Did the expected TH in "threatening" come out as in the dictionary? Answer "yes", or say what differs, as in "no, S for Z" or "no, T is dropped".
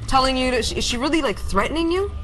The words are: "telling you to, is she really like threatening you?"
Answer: yes